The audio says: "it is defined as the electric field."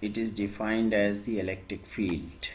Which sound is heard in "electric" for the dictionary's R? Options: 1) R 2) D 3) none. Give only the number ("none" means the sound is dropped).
1